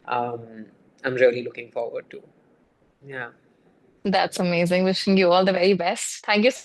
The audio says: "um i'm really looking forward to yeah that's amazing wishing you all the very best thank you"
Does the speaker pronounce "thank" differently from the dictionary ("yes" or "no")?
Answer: yes